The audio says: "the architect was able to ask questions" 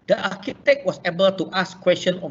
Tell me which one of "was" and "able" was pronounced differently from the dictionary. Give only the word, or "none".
was